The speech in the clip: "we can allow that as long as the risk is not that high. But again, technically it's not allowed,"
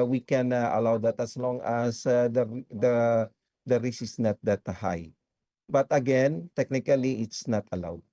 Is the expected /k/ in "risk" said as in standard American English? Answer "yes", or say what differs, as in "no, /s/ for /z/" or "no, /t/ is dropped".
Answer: no, /k/ is dropped